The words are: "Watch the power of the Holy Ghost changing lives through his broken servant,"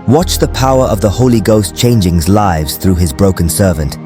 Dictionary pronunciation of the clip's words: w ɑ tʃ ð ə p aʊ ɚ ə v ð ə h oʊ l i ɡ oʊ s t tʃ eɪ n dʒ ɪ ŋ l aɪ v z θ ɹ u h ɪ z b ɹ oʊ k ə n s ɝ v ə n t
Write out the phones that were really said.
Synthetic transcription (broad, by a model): w ɑ tʃ ð ə p aʊ ɚ ə v ð ə h oʊ l i ɡ oʊ s tʃ eɪ n dʒ ɪ ŋ l aɪ v z θ ɹ u ɪ z b ɹ oʊ k ə n s ɝ v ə n t